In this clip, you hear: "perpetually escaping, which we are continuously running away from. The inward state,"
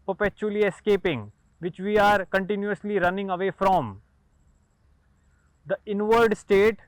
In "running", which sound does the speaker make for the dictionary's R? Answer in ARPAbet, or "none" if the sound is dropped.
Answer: R